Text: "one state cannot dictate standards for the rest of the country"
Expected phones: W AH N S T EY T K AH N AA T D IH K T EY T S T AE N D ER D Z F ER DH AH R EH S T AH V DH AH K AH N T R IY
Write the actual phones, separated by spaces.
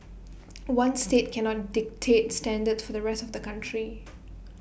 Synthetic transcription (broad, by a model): W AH N S T EY T K AH N AA T D IH K T EY T S T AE N D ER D S F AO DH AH R EH S T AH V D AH K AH N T R IY